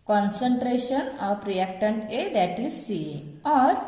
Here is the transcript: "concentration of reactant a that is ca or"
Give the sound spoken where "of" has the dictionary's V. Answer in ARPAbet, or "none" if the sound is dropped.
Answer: P